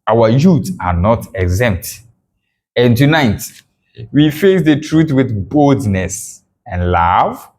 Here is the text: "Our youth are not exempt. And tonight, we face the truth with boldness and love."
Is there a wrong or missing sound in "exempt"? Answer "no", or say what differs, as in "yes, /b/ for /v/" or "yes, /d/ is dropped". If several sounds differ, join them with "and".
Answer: no